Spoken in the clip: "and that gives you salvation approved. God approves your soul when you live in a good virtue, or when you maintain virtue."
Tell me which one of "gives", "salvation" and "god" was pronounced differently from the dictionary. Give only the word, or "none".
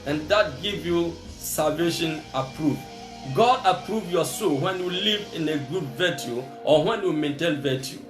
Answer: gives